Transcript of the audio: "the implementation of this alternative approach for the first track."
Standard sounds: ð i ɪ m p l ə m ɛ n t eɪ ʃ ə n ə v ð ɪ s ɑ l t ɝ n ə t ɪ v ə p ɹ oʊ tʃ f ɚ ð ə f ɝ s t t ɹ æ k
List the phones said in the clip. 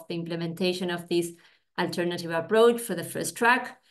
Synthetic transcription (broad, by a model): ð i ɪ m p l ə m ɛ n t eɪ ʃ ə n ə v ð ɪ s ɑ l t ɝ n ə t ɪ v ə p ɹ oʊ tʃ f ɚ ð ə f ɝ s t t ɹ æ k